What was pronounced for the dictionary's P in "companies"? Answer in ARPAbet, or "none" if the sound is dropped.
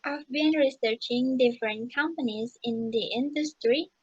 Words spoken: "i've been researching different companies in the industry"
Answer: P